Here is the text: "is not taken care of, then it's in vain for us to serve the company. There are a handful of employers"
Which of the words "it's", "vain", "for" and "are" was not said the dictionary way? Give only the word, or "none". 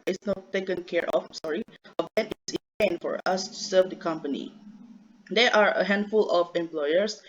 vain